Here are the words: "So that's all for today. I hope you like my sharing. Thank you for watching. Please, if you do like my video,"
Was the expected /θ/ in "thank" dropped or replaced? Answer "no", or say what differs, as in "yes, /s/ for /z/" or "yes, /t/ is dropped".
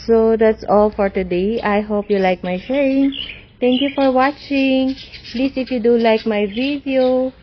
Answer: yes, /t/ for /θ/